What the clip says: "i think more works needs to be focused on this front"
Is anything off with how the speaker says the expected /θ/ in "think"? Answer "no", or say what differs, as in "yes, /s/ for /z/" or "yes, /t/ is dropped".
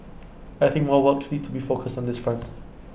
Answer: no